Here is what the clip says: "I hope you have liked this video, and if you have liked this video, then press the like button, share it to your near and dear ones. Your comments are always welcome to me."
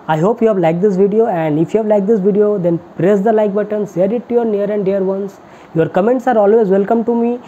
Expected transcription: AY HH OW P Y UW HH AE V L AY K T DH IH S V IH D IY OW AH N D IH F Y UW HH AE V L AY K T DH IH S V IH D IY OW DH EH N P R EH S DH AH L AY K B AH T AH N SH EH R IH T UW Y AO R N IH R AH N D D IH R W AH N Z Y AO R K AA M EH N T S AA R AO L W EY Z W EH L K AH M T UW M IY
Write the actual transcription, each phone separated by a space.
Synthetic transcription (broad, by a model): AY HH OW P Y UW HH AE V L AY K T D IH S V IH D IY OW AH N D IH F Y UW HH AE V L AY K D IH S V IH D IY OW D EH N P R EH S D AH L AY K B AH T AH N S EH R IH T UW Y AO R N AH R AH N D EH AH R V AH N S Y AO R K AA M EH N T S AA R AO L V EY Z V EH L K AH M T UW M IY